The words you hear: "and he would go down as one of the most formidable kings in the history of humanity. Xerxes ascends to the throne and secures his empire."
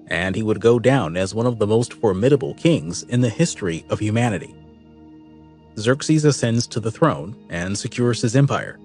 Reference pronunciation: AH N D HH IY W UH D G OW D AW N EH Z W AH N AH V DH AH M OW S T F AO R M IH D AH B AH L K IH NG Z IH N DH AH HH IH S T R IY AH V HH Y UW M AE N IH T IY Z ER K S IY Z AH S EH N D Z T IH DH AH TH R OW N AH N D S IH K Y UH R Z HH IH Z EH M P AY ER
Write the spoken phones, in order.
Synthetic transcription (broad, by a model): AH N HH IY W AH D G OW D AW N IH Z W AH N AH V DH AH M OW S T F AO R M IH D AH B L K IH NG Z IH N DH AH HH IH S T R IY AH V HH Y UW M AE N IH T IY Z ER K S IY Z AH S EH N D Z T IH DH AH TH R OW N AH N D S IH K Y UH R Z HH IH Z EH M P AY ER